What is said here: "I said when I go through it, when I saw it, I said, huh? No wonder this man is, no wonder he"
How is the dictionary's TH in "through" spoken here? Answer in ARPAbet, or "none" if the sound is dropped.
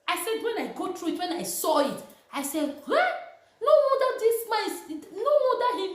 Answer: T